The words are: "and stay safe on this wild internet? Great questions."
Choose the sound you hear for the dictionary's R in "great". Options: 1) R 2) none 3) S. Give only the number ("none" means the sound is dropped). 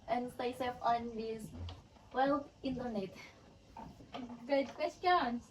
2